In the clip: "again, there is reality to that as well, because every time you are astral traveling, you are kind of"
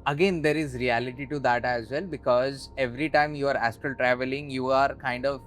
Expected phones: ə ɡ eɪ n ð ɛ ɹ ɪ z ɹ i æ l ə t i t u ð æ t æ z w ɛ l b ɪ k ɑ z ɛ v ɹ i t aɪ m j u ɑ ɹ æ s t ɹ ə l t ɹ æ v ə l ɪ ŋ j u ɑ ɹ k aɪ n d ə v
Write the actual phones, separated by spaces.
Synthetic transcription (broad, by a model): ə ɡ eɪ n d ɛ ɹ ɪ z ɹ i æ l ə t i t u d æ t æ z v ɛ l b ɪ k ɑ z ɛ v ɹ i t aɪ m j u ɑ ɹ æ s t ə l t ɹ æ v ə l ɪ ŋ j u ɑ ɹ k aɪ n d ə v